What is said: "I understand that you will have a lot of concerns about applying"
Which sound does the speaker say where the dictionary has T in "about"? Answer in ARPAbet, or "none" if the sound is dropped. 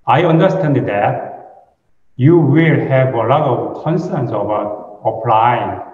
none